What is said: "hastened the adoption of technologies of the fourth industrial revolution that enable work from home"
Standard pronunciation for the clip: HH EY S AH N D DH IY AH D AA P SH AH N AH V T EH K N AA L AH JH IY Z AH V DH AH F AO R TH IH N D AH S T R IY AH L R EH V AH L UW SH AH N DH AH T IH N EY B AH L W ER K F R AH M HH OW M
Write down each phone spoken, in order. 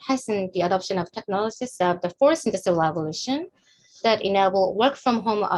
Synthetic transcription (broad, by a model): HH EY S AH N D DH IY AH D AA P SH AH N AH V T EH K N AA L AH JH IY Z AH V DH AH F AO R S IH N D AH S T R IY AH L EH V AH L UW SH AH N DH AH T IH N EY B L W ER K F R AH M HH OW M